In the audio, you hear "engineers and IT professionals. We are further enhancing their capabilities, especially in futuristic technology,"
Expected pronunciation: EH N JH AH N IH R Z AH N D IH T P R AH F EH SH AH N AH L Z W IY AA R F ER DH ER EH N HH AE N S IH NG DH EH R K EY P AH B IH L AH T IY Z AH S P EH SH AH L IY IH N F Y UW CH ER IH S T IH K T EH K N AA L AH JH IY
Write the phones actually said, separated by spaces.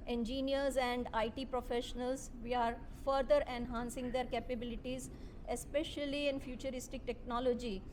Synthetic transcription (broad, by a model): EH N JH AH N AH R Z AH N D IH T P R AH F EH SH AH N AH L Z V IY AA R F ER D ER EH N HH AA N S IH NG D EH R K EY P AH B IH L AH T IY Z AH S P EH SH AH L IY IH N F Y UW CH ER IH S T IH K T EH K N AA L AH JH IY